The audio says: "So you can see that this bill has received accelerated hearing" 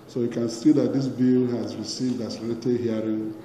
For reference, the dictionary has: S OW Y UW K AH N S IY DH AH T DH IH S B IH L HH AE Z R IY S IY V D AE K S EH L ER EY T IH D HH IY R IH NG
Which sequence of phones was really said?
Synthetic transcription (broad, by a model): S OW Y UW K AH N S IY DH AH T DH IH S B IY L HH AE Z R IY S IY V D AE S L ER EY T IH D HH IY R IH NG